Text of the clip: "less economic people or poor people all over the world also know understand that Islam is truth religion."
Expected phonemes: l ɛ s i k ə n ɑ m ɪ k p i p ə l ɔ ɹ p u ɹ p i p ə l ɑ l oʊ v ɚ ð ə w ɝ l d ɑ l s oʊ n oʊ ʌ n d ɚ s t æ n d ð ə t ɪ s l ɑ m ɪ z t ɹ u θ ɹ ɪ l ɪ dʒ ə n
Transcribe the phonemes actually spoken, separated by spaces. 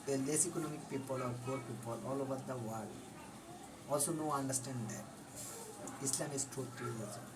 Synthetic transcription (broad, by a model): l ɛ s i k ə n ɑ m ɪ k p i p ə l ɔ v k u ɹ p i p ə l ɑ l oʊ v ɚ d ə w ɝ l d ɑ l s oʊ n oʊ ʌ n d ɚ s t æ n d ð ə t ɪ s l ɑ m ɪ s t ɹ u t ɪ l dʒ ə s